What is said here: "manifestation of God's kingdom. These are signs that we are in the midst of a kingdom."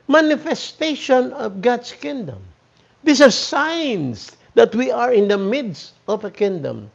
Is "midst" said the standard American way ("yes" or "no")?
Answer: yes